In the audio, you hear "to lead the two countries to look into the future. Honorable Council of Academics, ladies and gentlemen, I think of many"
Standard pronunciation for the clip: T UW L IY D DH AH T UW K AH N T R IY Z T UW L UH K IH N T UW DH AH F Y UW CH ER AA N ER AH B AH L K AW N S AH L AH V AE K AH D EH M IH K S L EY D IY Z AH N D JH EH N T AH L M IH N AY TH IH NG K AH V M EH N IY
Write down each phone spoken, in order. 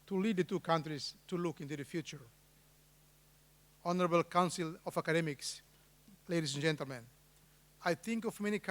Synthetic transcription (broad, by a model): T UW L IY D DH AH T UW K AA N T R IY S T UW L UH K IH N T UW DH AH F Y UW CH ER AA N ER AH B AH L K AW N S AH L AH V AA K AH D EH M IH K S L EY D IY S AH N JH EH N T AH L M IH N AY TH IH NG K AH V M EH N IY